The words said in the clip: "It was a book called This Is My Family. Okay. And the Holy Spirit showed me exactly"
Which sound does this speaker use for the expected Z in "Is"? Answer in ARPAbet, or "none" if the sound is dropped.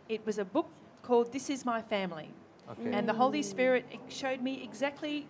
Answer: Z